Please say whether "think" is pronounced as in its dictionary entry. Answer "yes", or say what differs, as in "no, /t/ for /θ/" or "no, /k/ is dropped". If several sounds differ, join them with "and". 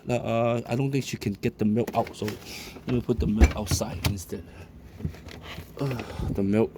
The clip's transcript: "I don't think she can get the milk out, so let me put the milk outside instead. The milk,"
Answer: no, /t/ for /θ/